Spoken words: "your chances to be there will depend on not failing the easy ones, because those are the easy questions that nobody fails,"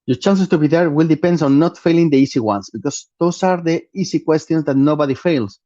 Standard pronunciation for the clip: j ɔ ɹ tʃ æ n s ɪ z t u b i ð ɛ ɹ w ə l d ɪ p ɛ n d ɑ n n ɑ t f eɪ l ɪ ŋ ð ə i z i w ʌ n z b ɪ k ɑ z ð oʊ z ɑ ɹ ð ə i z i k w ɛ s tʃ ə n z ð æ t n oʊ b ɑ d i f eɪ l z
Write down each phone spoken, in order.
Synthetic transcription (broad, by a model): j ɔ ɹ tʃ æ n s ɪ s t u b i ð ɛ ɹ w ə l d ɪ p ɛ n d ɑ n n ɑ t f eɪ l ɪ ŋ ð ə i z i w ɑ n s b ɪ k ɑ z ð oʊ s ɑ ɹ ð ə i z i k w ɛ s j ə n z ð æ t n oʊ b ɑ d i f eɪ l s